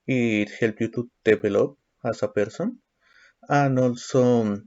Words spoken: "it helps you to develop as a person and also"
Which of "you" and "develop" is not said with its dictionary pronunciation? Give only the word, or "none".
develop